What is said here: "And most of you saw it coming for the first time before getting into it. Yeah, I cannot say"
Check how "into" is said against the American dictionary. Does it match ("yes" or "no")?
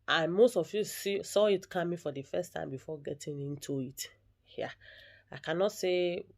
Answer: yes